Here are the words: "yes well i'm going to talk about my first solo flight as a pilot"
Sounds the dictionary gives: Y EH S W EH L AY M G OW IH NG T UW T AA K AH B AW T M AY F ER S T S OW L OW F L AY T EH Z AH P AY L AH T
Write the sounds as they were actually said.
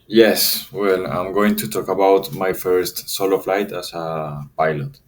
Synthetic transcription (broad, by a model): Y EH S W EH L AY M G OW IH NG T UW T AA K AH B AW T M AY F ER S T S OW L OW F L AY T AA S AH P AY L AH T